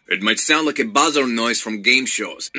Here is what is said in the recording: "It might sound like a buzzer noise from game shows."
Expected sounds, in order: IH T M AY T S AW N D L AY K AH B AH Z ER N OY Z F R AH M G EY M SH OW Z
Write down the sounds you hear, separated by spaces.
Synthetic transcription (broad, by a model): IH T M AY T S AW N D L AY K AH B AH Z ER N OY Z F R AH M G EY M SH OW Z